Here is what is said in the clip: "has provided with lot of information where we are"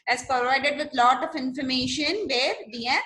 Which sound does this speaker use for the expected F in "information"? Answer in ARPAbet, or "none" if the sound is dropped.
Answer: F